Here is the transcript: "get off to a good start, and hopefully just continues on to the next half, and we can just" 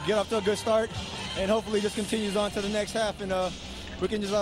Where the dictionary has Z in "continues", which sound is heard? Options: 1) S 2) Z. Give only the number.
2